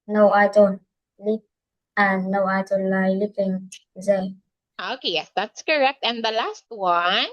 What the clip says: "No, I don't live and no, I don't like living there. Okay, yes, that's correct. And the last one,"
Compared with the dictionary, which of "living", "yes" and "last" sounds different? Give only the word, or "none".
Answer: living